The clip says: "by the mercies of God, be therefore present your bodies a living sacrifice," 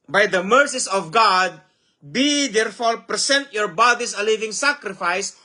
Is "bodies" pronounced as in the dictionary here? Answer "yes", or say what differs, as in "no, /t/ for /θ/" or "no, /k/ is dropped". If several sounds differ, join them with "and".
no, /s/ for /z/